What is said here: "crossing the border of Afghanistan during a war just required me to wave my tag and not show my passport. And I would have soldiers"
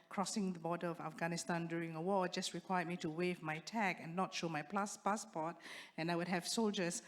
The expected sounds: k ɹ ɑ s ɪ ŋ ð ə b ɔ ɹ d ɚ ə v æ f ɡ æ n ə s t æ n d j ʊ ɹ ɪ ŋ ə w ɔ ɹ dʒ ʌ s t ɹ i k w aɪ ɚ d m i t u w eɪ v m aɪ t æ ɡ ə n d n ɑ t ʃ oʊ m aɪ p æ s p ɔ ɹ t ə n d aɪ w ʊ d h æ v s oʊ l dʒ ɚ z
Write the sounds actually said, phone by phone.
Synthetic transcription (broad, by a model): k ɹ ɑ s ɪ ŋ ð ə b ɔ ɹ d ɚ ə v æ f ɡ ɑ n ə s t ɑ n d j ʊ ɹ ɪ ŋ ə w ɔ dʒ ʌ s t ɹ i k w aɪ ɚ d m i t u w eɪ v m aɪ t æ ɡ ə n n ɑ t ʃ oʊ m aɪ p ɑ s p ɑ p t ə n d aɪ w ʊ d h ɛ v s oʊ l dʒ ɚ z